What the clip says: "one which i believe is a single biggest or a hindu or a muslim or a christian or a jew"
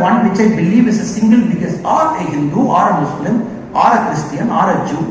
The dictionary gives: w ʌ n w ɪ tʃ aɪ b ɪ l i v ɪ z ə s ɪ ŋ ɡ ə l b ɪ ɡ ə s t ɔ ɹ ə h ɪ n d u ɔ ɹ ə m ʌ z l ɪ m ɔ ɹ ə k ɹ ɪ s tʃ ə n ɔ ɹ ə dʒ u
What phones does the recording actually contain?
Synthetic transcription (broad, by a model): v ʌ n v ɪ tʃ aɪ b ɪ l i v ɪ s ə s ɪ ŋ ɡ ə l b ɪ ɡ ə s ɔ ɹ ə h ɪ n d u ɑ ɹ ə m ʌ s l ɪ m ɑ ɹ ə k ɹ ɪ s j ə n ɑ ɹ ə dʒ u